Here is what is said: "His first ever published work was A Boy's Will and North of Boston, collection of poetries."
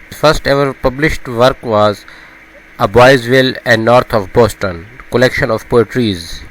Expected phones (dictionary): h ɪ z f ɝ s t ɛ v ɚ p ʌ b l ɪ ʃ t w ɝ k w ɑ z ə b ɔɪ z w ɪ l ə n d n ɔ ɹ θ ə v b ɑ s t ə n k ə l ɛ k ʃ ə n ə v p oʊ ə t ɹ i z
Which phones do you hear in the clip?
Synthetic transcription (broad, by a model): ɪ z f ɝ s t ɛ v ɚ p ʌ b l ɪ ʃ t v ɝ k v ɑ z ə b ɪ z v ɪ l ə n d n ɔ ɹ t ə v b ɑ s t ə n k ə l ɛ k ʃ ə n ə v p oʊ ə t ɹ i z